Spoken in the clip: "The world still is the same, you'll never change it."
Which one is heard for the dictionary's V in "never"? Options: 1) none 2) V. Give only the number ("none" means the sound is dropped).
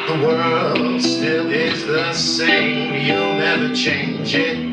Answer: 1